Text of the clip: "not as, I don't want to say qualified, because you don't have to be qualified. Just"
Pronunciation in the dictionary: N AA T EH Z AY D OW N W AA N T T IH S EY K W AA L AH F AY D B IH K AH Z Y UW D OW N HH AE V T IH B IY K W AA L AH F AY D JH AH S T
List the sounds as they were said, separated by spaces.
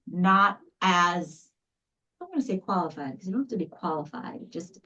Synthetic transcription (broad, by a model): N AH T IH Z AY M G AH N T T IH S EY K W AA L AH F AY D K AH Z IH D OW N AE F T IH B IY K W AA L AH F AY D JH AH S T